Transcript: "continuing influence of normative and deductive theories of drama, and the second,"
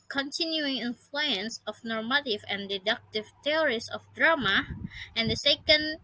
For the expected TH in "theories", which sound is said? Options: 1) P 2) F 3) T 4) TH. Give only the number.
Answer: 3